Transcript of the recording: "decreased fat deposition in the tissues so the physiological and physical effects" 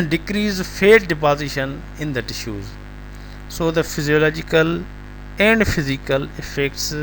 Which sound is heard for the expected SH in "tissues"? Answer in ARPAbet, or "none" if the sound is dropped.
SH